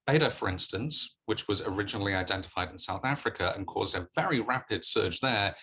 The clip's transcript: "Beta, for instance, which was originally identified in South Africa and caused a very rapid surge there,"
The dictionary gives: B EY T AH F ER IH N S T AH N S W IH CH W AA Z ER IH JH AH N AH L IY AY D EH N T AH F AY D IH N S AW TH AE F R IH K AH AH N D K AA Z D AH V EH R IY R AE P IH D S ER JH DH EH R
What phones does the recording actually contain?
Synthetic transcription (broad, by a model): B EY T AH F ER IH N S T AH N S W IH CH W AA Z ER IH JH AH N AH L IY AY D EH N T AH F AY D IH N S AW TH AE F R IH K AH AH N K AA Z D AH V EH R IY R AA P IH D S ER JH DH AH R